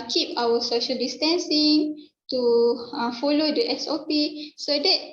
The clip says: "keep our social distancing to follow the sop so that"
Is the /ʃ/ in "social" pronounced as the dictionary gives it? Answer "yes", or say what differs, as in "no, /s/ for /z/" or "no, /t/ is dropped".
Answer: yes